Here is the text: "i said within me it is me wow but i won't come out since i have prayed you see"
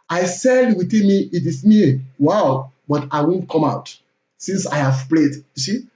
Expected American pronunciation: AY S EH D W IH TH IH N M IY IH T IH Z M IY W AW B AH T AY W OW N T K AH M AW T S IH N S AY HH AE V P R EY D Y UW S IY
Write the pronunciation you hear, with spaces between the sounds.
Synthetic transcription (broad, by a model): AY S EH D W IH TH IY N M IY IH T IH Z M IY W AW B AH T AY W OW N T K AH M AW T S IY N S AY HH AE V P L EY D Y UW S IY